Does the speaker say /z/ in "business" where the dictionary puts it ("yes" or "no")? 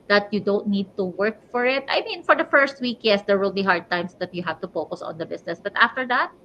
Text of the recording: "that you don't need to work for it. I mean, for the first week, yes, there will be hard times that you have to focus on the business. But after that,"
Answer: no